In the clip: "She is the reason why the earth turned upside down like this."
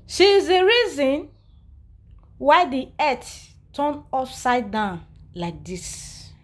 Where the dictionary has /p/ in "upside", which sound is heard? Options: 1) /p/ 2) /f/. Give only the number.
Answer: 2